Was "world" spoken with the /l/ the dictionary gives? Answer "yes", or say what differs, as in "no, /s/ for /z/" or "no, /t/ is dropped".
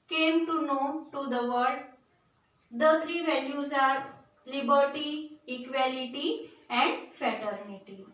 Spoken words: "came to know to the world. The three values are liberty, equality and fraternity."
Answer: no, /l/ is dropped